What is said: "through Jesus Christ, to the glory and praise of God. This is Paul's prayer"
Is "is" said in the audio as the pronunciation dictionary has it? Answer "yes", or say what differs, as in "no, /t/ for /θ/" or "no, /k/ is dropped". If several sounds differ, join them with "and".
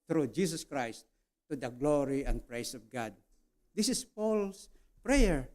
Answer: no, /s/ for /z/